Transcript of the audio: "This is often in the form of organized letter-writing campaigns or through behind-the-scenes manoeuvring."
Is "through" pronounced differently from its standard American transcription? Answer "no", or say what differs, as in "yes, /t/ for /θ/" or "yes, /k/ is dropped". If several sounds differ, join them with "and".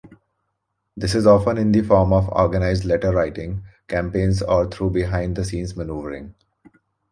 yes, /t/ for /θ/